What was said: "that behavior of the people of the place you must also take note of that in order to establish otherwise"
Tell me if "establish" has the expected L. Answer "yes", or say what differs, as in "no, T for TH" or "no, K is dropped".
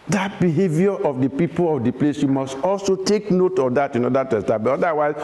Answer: no, L is dropped